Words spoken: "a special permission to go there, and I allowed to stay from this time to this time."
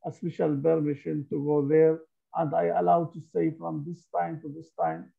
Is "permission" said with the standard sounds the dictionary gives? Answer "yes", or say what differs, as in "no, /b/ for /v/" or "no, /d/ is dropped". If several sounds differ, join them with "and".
no, /b/ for /p/